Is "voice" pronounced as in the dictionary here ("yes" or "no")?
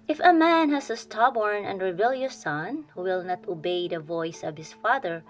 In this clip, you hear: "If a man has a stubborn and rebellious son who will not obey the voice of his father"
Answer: yes